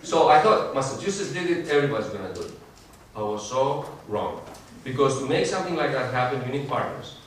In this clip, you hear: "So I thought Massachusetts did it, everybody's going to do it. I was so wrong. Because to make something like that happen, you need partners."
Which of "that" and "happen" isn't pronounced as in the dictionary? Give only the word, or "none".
none